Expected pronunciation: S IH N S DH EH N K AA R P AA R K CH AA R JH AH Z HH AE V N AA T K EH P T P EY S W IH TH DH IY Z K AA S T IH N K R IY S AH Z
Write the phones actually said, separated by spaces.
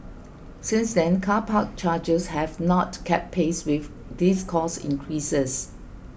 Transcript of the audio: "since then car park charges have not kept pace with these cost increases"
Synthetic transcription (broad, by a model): S IH N S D EH N K AA P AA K CH AA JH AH S HH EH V N AA T K EH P P EY S W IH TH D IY S K AA S IH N K R IY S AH S